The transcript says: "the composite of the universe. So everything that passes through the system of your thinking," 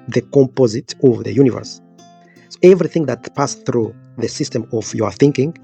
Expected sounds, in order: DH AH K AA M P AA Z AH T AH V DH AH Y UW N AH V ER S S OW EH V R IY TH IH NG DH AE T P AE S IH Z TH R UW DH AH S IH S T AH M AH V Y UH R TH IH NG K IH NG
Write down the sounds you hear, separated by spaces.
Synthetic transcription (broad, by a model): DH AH K AA M P AA Z AH T AH V DH AH Y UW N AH V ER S S OW EH V R IY TH IH NG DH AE T P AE S TH R UW DH AH S IH S T AH M AH V Y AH R TH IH NG K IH NG